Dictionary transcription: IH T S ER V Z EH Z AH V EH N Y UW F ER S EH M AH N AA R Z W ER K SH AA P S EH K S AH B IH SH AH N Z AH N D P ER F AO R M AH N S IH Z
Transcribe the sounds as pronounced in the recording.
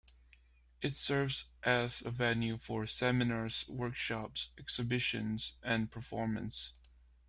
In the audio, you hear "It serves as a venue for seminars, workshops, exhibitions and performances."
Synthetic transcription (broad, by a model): IH T S ER V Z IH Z AH V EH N Y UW F ER S EH M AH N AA R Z W ER K SH AA P S EH K S AH B IH SH AH N Z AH N P ER F AO R M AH N S